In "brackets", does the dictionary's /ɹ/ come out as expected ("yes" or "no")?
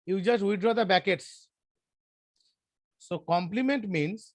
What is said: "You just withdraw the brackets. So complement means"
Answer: no